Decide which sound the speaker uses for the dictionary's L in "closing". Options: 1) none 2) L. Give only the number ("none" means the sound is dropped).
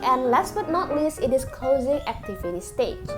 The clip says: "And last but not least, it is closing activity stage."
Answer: 2